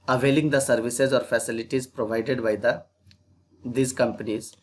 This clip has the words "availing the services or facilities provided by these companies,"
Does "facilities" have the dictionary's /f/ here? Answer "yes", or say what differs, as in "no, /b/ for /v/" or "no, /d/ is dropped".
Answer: yes